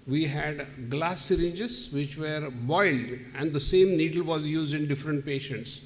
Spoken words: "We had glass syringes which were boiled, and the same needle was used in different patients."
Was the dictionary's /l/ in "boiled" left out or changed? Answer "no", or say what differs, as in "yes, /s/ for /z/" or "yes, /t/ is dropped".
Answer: no